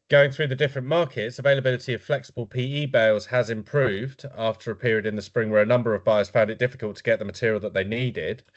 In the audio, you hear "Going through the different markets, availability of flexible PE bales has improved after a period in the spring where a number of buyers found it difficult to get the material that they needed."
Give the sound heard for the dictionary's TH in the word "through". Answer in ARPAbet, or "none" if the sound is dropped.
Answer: TH